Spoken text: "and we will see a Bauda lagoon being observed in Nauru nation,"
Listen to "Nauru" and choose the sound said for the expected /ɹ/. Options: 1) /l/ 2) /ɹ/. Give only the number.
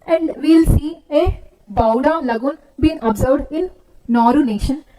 2